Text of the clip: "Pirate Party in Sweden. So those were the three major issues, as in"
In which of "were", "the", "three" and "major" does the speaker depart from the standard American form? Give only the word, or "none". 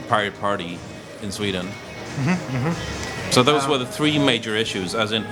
none